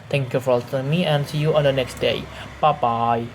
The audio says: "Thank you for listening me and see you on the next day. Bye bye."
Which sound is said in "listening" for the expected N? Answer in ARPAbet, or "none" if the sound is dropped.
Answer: none